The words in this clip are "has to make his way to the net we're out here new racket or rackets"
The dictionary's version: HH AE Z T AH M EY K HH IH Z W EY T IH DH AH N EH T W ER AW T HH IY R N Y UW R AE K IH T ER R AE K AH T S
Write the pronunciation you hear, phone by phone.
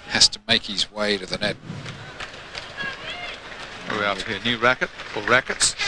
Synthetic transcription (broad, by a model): HH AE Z T AH M EY K HH IH Z W EY T IH DH AH N EH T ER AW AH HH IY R N Y UW R AE K IH T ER R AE K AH T S